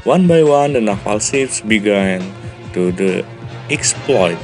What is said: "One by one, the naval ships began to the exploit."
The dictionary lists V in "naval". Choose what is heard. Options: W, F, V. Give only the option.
F